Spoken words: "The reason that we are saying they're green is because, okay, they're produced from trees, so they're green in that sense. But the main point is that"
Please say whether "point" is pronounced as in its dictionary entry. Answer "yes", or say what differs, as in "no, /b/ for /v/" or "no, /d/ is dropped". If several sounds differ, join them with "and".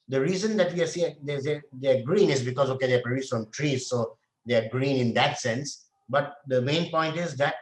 yes